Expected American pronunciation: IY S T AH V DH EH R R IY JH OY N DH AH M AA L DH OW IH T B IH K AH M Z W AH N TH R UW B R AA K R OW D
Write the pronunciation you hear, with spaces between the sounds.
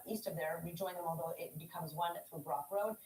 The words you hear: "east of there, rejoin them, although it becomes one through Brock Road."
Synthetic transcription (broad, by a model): IY S T AH V DH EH R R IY JH OY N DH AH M AA L DH OW IH T B IH K AH M Z W AH N TH R UW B R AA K R OW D